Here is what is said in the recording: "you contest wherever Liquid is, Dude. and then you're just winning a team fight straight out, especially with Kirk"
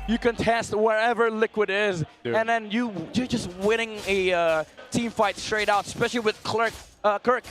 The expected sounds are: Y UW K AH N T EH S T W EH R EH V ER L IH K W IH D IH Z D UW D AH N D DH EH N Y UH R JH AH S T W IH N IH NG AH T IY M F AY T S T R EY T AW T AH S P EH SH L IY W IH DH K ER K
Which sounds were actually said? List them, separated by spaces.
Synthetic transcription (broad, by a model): Y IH K AH N T EH S T W EH R EH V ER L IH K W IH D IH Z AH N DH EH N Y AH R JH AH S T W IH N IH NG AH T IY M F AY T S T R EY T AW T AH S P EH SH L IY W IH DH K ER K